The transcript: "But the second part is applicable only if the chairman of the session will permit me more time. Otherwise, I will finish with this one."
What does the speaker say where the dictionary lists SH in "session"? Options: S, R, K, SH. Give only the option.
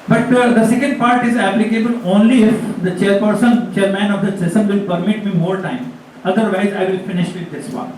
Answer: S